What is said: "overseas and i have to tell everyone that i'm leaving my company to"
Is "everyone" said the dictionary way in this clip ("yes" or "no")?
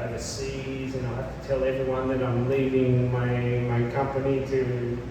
yes